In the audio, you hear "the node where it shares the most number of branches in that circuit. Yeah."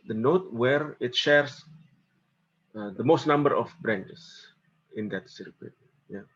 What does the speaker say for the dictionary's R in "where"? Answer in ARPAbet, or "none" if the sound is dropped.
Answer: R